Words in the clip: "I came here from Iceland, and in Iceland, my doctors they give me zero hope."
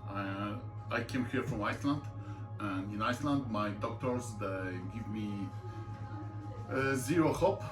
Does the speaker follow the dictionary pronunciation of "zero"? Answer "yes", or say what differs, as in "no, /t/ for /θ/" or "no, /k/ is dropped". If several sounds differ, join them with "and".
yes